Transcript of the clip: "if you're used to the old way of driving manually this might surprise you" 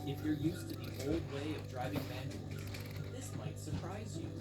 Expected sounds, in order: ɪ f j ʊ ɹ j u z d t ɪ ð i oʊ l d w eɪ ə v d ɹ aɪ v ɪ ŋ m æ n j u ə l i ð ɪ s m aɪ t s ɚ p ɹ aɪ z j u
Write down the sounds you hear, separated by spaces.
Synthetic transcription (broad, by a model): ɪ f j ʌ ɹ j u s t ɪ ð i oʊ l d w eɪ ə v d ɹ aɪ v ɪ ŋ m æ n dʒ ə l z ð ɪ s m aɪ t s ɚ p ɹ aɪ z j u